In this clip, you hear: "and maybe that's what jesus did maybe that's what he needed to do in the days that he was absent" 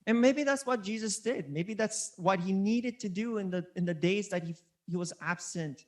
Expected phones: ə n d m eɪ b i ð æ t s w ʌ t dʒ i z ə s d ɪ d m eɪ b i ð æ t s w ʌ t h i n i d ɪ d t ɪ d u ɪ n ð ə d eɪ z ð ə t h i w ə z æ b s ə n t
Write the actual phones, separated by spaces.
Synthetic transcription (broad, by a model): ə n m eɪ b i ð æ t s w ʌ t dʒ i z ə s d ɪ d m eɪ b i ð æ t s w ʌ t h i n i d ɪ d t ɪ d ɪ ɪ n ð ə d eɪ z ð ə t h i w ə z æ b s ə n t